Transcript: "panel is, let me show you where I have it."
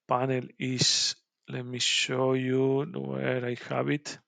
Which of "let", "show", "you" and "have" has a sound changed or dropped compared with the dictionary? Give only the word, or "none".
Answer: have